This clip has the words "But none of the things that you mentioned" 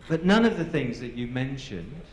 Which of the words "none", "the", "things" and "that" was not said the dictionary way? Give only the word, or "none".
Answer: none